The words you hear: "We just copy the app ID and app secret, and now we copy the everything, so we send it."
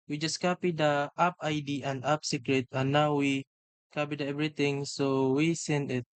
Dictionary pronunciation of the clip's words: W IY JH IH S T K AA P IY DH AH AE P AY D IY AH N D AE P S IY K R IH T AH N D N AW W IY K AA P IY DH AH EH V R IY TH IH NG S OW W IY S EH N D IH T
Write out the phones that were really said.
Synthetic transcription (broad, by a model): W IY JH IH S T K AA P IY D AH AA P AY D IY AH N D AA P S IY K R IH T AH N N AW W IY K AA P IY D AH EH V R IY T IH NG S OW W IY S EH N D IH T